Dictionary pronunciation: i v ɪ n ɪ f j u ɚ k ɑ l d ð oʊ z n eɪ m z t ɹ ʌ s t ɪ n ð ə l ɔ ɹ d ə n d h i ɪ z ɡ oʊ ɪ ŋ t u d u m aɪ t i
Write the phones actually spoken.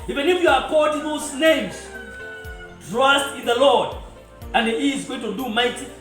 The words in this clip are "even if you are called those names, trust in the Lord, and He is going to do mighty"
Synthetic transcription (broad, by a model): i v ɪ n ɪ f j u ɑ k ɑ d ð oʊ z n eɪ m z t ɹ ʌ s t ɪ n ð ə l ɔ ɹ d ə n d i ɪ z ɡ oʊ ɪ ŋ t u d u m aɪ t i